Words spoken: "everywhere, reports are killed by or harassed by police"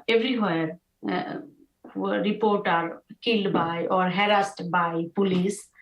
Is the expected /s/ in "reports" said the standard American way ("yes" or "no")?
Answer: no